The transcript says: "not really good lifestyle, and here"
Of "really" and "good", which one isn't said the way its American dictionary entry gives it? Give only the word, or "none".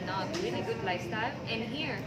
really